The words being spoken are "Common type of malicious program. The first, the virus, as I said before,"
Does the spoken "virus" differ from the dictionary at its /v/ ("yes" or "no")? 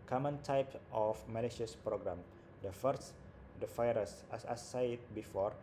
yes